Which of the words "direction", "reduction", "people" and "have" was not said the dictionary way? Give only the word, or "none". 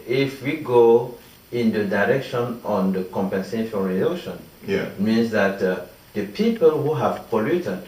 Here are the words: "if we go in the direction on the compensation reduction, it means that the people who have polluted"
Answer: reduction